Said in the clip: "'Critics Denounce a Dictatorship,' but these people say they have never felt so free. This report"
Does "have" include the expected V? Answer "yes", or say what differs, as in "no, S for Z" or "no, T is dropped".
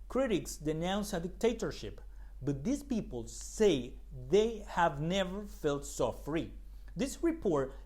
yes